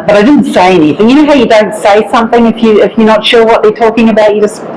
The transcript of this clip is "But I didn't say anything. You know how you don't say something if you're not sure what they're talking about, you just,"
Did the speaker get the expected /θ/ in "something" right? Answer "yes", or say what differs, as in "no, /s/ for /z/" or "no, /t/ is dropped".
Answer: yes